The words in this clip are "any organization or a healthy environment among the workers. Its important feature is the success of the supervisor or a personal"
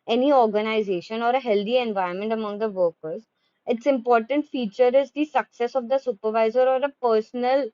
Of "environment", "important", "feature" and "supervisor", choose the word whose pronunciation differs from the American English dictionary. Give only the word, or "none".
environment